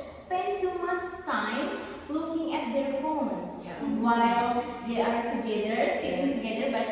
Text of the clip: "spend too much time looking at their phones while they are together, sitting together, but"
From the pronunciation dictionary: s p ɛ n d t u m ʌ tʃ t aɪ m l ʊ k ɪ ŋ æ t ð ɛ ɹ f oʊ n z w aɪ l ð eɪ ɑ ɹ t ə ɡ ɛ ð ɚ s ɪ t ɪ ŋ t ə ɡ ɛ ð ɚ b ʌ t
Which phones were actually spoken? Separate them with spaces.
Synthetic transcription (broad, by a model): s p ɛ n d t u m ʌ s t aɪ m l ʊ k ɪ ŋ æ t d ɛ ɹ f oʊ n s w aɪ l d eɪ ɑ ɹ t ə ɡ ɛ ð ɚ s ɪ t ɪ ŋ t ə ɡ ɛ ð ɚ b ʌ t